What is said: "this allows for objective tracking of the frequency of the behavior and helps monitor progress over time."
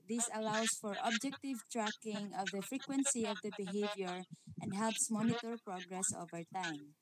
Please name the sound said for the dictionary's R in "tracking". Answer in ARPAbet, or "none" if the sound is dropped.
R